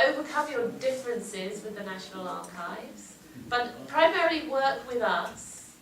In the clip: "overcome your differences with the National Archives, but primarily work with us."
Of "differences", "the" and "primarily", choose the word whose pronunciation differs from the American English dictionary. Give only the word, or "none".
none